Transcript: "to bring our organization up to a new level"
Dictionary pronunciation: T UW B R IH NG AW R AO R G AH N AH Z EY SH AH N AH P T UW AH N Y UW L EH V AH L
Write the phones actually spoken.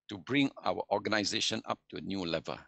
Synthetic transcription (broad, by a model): T UW B R IH NG AW W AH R G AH N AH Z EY SH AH N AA P T UW AH N Y UW L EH V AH L